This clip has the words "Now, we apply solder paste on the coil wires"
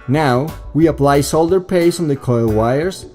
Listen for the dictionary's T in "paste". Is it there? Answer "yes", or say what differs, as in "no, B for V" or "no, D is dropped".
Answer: no, T is dropped